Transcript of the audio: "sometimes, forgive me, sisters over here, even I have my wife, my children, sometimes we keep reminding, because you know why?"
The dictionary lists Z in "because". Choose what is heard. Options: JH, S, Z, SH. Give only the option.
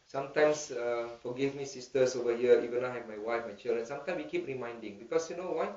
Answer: S